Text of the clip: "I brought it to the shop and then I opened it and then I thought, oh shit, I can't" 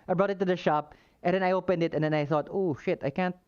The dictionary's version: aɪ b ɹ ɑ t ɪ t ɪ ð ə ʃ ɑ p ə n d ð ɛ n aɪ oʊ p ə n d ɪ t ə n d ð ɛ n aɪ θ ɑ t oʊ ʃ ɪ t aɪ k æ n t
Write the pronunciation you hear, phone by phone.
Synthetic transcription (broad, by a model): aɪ b ɹ ɑ t ɪ t ɪ ð ə ʃ ɑ p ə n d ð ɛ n aɪ oʊ p ə n d ɪ t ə n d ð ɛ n aɪ θ ɑ t oʊ ʃ ɪ t aɪ k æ n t